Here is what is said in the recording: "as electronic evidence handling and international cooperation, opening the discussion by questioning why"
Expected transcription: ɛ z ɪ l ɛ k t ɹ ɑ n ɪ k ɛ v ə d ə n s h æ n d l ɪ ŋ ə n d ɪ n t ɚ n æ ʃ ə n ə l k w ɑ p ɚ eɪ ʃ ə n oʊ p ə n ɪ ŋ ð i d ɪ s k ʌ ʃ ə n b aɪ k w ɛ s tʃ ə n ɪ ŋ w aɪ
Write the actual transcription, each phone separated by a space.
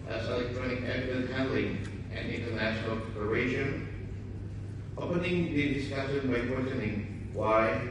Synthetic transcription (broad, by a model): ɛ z ɪ l ɛ k t ɹ ɑ n ɪ k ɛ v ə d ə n h æ n d l ɪ ŋ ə n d ɪ n t ɚ n æ ʃ ə n ə l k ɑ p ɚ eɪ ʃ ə n oʊ p ə n ɪ ŋ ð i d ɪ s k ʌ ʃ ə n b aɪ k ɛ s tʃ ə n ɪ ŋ w aɪ